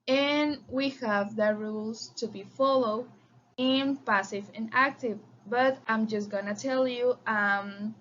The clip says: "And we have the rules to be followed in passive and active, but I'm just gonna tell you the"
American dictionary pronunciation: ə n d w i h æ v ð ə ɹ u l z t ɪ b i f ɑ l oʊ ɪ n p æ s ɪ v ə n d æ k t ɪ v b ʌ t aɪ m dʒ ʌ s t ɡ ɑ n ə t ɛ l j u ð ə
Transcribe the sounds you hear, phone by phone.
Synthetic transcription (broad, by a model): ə n w i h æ v ð ə ɹ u l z t ɪ b i f ɑ l oʊ ɪ n p æ s ɪ v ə n æ k t ɪ v b ʌ t aɪ m dʒ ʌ s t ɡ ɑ n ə t ɛ l j u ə